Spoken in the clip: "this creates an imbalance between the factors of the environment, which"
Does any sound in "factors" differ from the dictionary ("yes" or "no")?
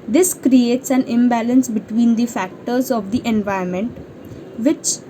no